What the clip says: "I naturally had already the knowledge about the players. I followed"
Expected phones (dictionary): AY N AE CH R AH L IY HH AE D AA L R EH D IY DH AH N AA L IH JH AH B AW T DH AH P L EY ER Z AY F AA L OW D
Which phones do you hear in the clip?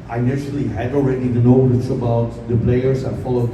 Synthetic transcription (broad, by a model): AY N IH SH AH L IY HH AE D AA L R EH D IY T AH N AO W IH CH AH B AW T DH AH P L EY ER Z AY F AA L OW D